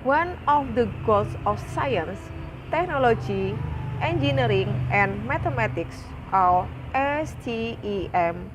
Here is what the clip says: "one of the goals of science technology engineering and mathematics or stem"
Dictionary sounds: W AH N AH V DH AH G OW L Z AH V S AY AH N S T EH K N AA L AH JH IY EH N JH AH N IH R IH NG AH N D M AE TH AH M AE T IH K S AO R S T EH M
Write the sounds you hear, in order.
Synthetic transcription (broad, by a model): W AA N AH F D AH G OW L S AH F S AY AH N S T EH K N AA L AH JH IY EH N JH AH N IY R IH NG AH N M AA T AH M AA T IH K S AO L S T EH M